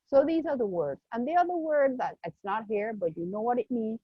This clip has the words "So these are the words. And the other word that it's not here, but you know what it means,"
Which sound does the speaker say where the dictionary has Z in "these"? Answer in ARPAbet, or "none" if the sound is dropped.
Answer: Z